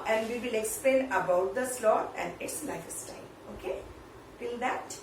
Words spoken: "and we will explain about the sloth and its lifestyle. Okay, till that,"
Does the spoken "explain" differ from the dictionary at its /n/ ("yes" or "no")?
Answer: no